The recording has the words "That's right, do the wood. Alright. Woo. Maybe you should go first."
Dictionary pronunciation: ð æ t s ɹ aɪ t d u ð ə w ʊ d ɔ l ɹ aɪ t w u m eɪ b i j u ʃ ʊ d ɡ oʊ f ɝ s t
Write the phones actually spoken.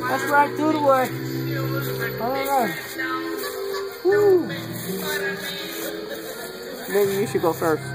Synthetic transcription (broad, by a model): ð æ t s ɹ aɪ t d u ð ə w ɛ ɔ ɹ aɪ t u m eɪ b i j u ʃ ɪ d ɡ oʊ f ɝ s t